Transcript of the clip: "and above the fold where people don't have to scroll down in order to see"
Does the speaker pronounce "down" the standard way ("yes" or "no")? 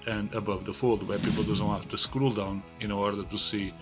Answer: yes